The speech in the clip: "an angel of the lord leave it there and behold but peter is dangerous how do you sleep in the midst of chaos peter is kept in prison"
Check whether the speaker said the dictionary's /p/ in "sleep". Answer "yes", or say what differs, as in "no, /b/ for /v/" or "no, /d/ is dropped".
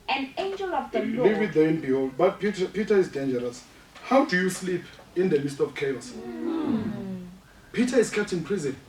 yes